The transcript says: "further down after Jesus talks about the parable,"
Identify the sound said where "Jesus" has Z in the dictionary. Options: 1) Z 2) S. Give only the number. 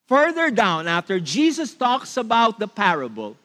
2